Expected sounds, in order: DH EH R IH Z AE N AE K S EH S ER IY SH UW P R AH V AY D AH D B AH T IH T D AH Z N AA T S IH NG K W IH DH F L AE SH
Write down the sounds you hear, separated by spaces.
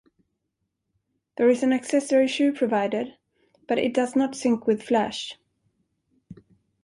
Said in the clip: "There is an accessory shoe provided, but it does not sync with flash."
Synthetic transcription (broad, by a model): DH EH R IH Z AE N AE K S EH S ER IY SH UW P R AH V AY D AH D B AH T IH T D AH Z N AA T S IH NG K W IH DH F L AE SH